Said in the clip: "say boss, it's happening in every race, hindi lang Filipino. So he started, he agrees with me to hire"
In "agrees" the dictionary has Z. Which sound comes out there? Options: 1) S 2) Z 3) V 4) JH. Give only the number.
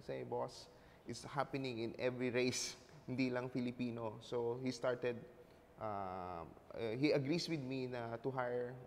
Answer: 1